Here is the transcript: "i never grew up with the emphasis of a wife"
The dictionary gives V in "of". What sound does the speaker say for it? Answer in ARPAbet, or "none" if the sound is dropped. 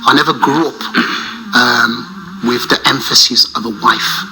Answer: V